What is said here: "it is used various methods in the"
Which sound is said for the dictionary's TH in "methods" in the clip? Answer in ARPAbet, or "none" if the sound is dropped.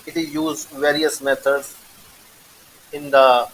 T